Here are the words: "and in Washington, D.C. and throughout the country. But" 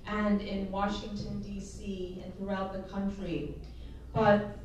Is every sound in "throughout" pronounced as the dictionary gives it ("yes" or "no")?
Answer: yes